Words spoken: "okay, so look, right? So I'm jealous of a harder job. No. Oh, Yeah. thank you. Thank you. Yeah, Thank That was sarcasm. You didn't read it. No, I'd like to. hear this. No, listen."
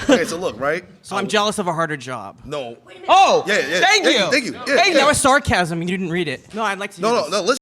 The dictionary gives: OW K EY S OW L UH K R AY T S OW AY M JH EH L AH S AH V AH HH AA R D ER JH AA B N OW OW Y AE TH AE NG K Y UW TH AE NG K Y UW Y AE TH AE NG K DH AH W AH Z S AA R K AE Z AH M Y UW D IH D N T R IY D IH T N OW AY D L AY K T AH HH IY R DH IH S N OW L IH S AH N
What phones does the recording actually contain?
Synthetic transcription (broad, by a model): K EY S OW L UH K R AY T S OW AY M JH EH L AH S AH V AH HH AA R D ER JH AA B N OW OW Y AE TH AE NG K Y UW TH AE NG K Y UW Y AE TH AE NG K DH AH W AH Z S AA R K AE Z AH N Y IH D IH D N T R IY D IH T N OW AY D L AY K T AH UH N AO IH N OW L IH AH